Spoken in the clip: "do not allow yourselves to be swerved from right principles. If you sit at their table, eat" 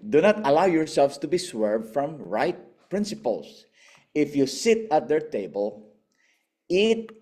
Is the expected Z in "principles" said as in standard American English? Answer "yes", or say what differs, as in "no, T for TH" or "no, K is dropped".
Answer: no, S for Z